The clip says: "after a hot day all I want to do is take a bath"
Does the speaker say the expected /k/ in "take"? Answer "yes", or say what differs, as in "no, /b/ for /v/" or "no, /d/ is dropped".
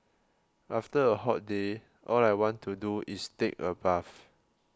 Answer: yes